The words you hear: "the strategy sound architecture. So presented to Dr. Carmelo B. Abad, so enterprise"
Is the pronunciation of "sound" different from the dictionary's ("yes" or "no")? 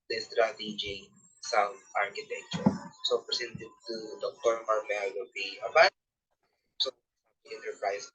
yes